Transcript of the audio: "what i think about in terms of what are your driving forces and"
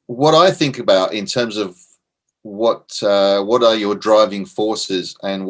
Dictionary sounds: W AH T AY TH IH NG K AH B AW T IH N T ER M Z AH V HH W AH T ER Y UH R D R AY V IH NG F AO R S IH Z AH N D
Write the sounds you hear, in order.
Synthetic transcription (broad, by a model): W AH T AY TH IH NG K AH B AW T IH N T ER M Z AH V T W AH T ER Y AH R D R AY V IH NG F AO R S IH Z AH N